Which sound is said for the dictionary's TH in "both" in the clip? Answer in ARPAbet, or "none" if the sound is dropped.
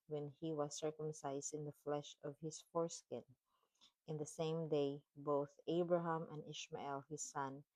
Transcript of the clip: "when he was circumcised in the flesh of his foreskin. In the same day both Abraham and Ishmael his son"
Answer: TH